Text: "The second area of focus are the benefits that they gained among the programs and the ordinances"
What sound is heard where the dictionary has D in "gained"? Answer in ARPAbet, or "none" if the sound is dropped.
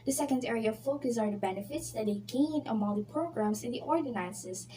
none